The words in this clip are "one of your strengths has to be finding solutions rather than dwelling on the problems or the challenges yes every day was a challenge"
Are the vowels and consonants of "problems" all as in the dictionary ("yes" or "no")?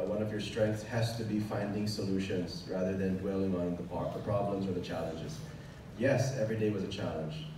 yes